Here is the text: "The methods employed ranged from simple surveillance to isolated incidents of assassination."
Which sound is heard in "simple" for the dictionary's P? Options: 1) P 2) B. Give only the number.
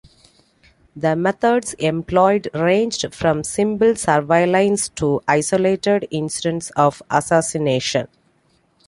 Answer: 2